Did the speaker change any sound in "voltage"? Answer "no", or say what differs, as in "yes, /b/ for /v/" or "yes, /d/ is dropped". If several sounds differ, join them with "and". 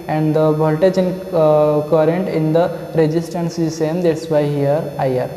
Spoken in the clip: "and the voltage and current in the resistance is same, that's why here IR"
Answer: yes, /b/ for /v/